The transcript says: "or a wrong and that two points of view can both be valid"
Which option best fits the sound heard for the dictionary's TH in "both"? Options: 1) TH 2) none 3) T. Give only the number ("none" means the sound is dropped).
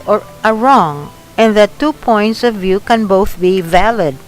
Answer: 1